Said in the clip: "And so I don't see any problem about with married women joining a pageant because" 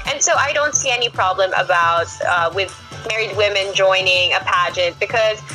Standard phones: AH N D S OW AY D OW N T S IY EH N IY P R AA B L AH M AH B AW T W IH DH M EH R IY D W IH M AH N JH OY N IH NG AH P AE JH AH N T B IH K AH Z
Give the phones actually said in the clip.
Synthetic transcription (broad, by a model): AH N S OW AY D OW N T S IY EH N IY P R AA B L AH M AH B AW T W IH DH M EH R IY D W IH M AH N JH OY N IH NG AH P AE JH AH N T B IH K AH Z